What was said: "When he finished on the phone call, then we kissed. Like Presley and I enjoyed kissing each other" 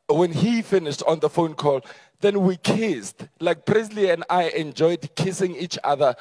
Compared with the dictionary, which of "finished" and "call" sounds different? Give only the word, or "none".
none